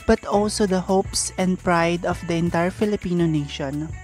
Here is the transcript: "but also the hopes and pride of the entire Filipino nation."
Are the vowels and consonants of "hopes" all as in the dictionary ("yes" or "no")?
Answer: yes